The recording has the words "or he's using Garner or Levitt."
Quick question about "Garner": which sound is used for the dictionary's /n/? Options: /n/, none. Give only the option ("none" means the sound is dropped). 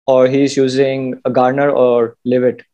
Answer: /n/